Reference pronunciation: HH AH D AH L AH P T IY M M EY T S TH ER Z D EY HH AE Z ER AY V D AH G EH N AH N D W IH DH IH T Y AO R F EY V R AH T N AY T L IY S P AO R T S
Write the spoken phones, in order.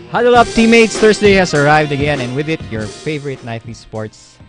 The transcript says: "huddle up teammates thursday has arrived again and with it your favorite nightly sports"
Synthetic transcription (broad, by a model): HH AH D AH L AH P T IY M M EY T S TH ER S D EY HH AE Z ER AY V D AH G EH N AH N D W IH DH IH T Y AO R F EY V R AH T N AY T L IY S P AO R T S